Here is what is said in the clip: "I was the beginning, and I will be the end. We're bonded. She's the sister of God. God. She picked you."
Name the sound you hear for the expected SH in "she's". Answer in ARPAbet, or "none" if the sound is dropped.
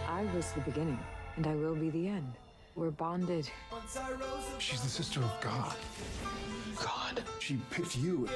SH